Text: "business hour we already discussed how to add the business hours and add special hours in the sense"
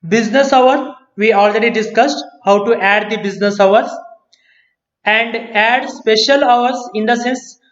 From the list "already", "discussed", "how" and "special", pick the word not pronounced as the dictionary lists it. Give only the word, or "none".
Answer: none